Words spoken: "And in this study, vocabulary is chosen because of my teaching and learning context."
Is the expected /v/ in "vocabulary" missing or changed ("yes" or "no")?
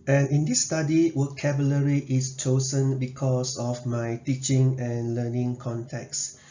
yes